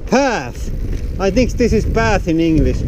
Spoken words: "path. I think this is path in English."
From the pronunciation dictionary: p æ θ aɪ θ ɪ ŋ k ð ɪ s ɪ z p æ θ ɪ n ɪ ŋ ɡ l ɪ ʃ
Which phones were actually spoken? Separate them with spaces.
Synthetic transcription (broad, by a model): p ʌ θ aɪ θ ɪ ŋ k ð ɪ s ɪ z b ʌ θ ɪ n ɪ ŋ ɡ l ɪ ʃ